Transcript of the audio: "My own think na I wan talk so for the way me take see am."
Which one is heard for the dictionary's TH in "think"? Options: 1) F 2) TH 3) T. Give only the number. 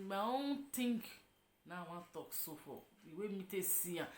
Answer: 3